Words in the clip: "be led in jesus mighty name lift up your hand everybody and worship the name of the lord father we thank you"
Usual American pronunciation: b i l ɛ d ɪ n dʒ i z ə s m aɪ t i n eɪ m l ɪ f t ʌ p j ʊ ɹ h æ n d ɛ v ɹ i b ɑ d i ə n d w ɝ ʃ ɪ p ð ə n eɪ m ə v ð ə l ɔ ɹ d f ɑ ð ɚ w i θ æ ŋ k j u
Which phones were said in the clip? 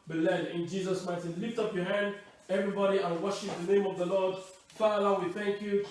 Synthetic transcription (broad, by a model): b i l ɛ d ɪ n dʒ i z ə s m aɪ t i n l ɪ f t ʌ p j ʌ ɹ h æ n d ɛ v ɹ i b ɑ d i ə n w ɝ ʃ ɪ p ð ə n eɪ m ə v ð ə l ɔ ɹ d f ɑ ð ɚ w i θ æ ŋ k j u